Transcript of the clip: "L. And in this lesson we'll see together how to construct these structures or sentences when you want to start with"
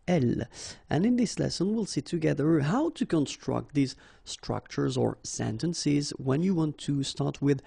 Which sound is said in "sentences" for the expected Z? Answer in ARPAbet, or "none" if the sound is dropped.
Z